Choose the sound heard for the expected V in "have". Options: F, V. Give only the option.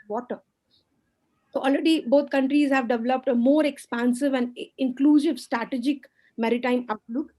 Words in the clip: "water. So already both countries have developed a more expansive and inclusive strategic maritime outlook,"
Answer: V